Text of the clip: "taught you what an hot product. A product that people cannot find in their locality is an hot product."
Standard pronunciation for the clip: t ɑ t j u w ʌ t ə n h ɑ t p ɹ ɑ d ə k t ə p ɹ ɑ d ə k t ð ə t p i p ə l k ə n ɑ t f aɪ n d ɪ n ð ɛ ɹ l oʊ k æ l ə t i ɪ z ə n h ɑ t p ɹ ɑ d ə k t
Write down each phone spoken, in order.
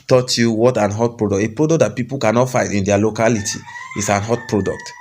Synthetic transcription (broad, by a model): t ɑ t j u w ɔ t ə n h ɑ t p ɹ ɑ d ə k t ə p ɹ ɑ d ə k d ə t p i p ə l k ə n ɑ t f aɪ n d ɪ n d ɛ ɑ l oʊ k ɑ l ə t i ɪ s ə n h ɑ t p ɹ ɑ d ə k t